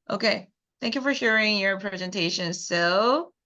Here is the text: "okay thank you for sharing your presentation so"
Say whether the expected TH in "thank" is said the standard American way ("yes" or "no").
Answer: yes